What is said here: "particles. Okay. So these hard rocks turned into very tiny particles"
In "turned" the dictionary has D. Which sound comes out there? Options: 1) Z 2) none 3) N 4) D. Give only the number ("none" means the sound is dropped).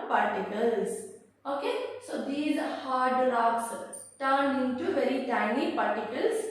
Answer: 2